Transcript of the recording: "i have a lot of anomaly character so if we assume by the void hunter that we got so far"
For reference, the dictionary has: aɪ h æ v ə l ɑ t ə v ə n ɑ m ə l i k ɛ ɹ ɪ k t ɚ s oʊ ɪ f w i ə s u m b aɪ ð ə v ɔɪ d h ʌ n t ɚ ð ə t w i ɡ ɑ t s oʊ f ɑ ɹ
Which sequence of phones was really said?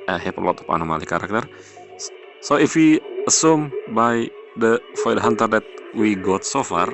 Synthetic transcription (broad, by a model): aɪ h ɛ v ə l ɑ t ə p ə n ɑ m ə l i k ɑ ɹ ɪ k t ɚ s oʊ ɪ f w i ə s u m b aɪ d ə f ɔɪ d h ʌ n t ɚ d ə t w i ɡ ɑ t s oʊ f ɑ ɹ